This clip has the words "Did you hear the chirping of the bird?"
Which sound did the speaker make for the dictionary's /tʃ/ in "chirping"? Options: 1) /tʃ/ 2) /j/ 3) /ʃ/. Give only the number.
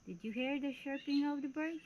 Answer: 3